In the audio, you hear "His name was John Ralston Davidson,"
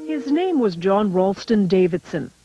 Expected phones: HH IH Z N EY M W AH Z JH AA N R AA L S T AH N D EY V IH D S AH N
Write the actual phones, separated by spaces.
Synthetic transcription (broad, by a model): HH IH Z N EY M W AH Z JH AA N R AA L S T AH N D EY V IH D S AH N